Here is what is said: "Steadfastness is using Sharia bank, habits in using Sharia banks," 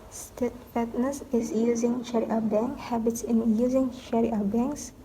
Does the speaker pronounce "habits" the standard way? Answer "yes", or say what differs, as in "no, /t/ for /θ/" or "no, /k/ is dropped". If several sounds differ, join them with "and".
yes